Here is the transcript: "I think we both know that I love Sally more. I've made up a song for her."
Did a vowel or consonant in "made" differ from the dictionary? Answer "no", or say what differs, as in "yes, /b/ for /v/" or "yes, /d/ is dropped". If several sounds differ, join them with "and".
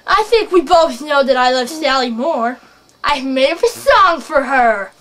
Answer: yes, /d/ is dropped